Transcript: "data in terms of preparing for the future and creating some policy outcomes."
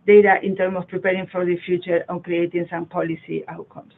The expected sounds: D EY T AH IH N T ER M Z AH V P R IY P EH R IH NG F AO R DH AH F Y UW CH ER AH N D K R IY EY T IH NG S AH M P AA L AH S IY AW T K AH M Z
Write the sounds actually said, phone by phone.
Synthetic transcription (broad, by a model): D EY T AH IH N T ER M AH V P R IY P EH R IH NG F AO R DH AH F Y UW CH ER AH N K R IY EY T IH NG S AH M P AA L AH S IY AW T K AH M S